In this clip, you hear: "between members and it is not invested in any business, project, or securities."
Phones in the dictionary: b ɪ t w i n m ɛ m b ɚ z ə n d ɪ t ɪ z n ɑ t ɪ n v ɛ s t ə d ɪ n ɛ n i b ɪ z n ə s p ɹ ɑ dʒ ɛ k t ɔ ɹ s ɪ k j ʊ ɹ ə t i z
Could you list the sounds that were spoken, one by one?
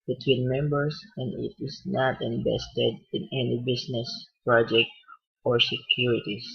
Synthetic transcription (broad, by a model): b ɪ t w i n m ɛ m b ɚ s ə n d ɪ t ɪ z n ɑ t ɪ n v ɛ s t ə d ɪ n ɛ n i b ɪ s n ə s p ɹ ɑ dʒ ɛ k t ɔ ɹ s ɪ k j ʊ ɹ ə t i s